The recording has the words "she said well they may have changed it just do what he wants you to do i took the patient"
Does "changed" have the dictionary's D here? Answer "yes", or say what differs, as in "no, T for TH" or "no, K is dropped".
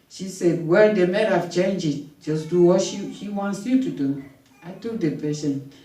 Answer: no, D is dropped